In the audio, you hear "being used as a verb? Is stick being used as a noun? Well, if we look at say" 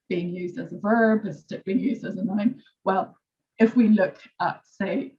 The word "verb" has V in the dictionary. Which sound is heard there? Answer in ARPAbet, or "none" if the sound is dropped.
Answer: V